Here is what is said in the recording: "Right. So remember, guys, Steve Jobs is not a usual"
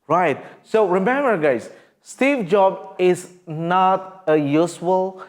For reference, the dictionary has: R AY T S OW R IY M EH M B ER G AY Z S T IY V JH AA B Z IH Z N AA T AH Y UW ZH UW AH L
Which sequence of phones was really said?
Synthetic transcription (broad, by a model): R AY T S OW R IY M EH M B ER G AY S S T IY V JH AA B IH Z N AA T AH Y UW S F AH L